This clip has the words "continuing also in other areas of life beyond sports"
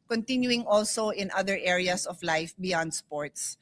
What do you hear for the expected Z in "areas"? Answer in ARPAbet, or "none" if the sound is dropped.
S